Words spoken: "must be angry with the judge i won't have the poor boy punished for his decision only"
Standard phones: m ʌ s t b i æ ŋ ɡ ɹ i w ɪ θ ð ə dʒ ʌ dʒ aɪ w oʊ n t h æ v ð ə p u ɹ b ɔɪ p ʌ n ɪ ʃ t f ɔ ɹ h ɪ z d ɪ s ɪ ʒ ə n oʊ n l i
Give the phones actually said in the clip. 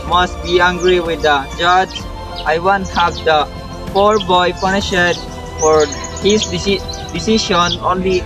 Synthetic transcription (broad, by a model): m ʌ s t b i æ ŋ ɡ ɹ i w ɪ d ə dʒ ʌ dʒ aɪ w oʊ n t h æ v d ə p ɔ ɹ b ɔɪ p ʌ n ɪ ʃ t f ɔ ɹ h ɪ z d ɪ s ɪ ʃ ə n oʊ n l i